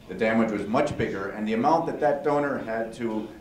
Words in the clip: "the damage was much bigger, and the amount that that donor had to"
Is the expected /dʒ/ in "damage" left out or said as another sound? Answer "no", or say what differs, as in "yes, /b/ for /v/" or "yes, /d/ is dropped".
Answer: no